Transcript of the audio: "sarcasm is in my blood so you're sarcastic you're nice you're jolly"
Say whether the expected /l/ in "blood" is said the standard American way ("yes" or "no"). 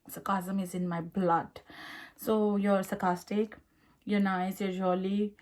yes